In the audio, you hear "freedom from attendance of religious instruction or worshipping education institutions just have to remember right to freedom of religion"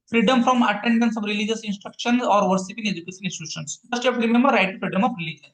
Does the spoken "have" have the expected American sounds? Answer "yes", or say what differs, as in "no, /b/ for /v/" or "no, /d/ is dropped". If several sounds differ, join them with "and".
no, /p/ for /v/